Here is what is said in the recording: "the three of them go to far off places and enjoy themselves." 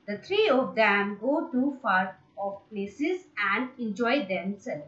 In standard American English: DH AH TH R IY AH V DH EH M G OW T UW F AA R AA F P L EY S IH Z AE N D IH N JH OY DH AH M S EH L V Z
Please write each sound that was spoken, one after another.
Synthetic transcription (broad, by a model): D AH T R IY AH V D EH M G OW T UW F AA R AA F P L EY S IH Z AE N D IH N JH OY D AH M S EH L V